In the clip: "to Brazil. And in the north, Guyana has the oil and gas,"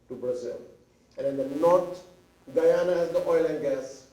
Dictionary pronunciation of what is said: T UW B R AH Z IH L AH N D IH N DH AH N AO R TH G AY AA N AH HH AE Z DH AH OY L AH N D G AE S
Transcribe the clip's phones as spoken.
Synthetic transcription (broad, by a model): T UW B R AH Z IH L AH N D IH N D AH N AO R T G AY AA N AH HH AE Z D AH OY L AH N D G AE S